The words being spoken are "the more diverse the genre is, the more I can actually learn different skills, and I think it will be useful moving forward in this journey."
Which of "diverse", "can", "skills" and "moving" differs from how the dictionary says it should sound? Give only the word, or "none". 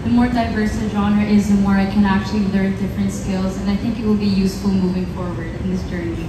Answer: none